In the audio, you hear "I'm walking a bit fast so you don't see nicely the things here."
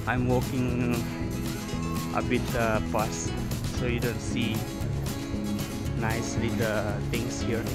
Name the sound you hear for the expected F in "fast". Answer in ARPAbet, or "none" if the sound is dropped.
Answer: P